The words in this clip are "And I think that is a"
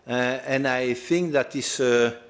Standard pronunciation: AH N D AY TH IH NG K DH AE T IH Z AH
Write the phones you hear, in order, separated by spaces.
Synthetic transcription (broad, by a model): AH N AY TH IH NG K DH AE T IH S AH